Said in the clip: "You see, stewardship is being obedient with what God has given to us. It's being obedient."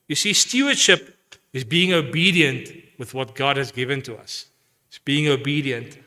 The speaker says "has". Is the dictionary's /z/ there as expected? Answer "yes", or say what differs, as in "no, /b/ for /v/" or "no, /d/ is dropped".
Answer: yes